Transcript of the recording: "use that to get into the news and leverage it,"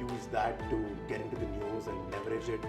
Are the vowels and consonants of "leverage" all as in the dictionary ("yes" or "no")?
no